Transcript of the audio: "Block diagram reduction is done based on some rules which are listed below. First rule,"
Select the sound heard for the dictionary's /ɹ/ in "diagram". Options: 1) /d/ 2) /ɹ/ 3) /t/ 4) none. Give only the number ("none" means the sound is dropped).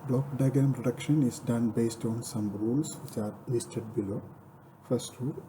4